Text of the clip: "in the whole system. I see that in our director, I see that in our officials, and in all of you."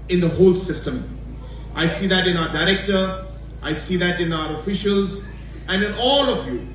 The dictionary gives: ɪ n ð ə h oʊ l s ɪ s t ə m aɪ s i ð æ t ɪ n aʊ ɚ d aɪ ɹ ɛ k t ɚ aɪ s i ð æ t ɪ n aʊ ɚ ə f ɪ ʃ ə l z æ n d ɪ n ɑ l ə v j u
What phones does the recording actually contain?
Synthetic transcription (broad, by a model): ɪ n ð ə h oʊ l s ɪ s t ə m aɪ s i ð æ t ɪ n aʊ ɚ d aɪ ɹ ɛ k t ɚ aɪ s i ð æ t ɪ n aʊ ɚ ə f ɪ ʃ ə l z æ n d ɪ n ɑ l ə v j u